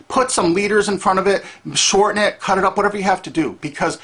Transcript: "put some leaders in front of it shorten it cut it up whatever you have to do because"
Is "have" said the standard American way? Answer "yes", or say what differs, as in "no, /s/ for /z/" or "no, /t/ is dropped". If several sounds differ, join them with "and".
no, /f/ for /v/